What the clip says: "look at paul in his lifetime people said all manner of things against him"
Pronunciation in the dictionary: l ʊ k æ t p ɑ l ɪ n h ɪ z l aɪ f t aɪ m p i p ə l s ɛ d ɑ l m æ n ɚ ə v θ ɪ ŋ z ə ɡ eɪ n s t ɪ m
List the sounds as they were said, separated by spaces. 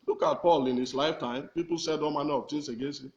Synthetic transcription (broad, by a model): l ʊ k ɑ t p ɑ l ɪ n h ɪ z l aɪ f t aɪ m p i p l s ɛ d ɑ m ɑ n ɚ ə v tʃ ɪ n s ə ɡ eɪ s ɪ